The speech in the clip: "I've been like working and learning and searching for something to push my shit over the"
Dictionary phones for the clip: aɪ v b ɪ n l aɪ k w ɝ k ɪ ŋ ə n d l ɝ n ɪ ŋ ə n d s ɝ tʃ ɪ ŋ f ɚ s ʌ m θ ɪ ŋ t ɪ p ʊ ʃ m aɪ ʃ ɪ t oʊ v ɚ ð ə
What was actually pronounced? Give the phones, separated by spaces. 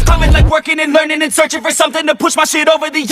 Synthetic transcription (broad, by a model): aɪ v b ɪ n l aɪ k w ɝ k ɪ ŋ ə n l ɝ n ɪ ŋ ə n s ɝ tʃ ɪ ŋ f ɚ s ʌ m θ ɪ ŋ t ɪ p ʊ ʃ m aɪ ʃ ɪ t oʊ v ɚ ð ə